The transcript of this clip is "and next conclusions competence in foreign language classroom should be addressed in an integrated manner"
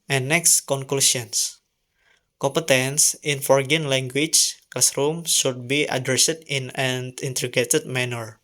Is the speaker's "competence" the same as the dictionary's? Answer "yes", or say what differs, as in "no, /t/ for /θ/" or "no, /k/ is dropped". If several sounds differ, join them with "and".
yes